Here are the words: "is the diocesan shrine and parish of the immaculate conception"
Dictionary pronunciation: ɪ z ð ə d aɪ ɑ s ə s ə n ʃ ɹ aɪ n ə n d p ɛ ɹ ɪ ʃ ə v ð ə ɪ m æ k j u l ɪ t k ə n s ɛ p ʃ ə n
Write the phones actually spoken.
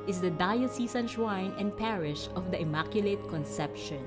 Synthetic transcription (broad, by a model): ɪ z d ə d aɪ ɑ s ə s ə n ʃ w aɪ n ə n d p ɛ ɹ ɪ ʃ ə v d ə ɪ m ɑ k j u l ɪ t k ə n s ɛ p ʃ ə n